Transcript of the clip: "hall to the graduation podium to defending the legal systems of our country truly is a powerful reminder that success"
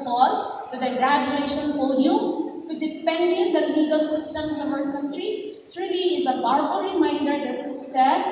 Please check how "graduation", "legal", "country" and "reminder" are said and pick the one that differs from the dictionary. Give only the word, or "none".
none